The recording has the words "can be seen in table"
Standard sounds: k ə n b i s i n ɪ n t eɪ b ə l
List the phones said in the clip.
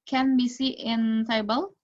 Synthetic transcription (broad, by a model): k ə n b i s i ɪ n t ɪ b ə l